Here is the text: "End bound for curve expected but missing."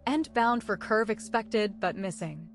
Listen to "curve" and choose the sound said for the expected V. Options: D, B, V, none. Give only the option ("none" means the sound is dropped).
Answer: V